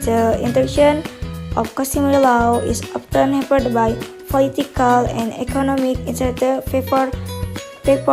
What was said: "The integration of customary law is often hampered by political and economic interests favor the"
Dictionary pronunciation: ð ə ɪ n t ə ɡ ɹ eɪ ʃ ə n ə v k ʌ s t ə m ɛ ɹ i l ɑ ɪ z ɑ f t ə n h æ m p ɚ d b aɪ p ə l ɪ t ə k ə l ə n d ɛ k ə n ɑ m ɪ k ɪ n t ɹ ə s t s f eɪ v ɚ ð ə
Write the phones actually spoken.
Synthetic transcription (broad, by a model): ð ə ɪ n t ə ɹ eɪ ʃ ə n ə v k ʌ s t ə m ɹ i l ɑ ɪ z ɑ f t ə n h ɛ p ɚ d b aɪ p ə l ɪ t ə k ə l ə n d ɛ k ə n ɑ m ɪ k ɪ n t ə t f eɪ f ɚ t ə